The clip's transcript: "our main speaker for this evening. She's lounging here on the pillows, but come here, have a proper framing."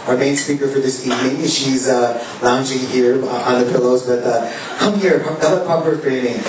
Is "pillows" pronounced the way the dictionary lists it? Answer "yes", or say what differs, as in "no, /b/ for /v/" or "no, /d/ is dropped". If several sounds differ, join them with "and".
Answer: yes